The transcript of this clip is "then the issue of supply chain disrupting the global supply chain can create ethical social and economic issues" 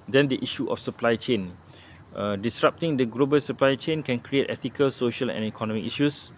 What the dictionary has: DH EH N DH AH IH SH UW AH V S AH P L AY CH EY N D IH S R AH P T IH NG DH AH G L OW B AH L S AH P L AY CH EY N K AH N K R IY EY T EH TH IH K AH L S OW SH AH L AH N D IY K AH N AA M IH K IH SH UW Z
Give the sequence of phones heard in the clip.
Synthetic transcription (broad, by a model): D EH N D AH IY SH UW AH F S AH P L AY CH EY N D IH S R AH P T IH NG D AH G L OW B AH L S AH P L AY CH EY N K AH N K R IY EY T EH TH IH K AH L S OW SH AH L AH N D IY K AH N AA M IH K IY SH UW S